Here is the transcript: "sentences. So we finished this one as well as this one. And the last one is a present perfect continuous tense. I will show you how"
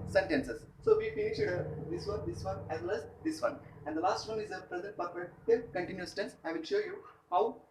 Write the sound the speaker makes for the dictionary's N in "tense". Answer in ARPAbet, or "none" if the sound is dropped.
N